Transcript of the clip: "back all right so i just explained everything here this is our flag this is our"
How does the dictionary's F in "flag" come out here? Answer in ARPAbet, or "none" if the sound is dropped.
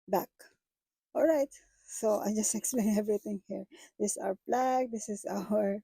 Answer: P